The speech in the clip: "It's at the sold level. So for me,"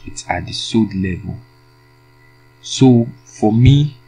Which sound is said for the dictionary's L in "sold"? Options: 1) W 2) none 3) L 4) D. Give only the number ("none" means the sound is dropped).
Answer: 2